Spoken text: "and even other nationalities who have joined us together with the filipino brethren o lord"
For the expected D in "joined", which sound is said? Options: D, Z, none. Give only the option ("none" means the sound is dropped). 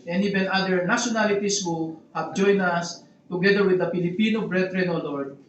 none